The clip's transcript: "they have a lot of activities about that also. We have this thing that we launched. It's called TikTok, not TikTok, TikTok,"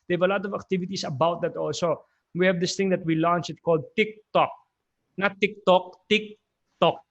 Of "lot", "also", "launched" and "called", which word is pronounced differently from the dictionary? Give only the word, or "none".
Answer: launched